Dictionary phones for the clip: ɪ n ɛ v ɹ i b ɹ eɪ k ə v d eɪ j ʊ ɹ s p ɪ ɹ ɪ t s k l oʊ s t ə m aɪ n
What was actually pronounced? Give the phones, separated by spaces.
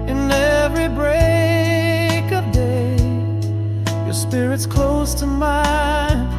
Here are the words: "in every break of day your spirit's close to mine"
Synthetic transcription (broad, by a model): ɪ n ɛ v ɹ i b ɹ eɪ k ə v d eɪ j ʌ ɹ s p ɪ ɹ ɪ t s k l oʊ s t ə m aɪ n